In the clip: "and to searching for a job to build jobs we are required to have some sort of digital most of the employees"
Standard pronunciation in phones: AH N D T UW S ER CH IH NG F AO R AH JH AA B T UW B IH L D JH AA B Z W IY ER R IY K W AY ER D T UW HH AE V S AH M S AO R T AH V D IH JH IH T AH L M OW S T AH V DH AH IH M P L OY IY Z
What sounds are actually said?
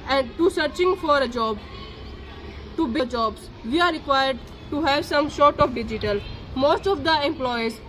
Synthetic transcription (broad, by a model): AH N D T UW S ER CH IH NG F AO R AH JH AA B T UW B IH JH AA B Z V IY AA R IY K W AY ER D T UW HH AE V S AH M SH AO R T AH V D IH JH IH T AH L M OW S T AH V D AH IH M P L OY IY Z